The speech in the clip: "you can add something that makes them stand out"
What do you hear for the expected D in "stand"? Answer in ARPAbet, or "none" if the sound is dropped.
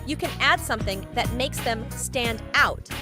D